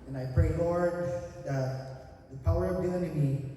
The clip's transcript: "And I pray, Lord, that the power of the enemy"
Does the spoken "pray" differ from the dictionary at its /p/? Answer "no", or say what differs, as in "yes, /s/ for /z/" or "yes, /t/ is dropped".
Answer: no